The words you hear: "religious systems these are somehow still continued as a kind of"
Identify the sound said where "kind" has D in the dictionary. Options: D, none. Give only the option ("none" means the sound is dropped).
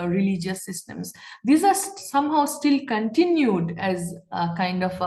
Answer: D